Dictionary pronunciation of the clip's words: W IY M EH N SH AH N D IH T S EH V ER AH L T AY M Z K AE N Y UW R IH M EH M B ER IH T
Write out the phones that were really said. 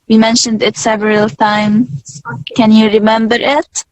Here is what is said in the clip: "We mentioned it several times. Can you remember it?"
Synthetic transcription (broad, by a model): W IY M EH N SH AH N D IH T S EH V ER AH L T AY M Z K AE N Y UW R IH M EH M B ER IH T